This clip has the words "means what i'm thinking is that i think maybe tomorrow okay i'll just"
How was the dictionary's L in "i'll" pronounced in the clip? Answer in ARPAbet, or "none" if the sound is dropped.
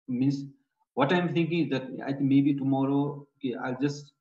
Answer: L